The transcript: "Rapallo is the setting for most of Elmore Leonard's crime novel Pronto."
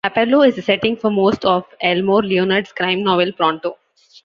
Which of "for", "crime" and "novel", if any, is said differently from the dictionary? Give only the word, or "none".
none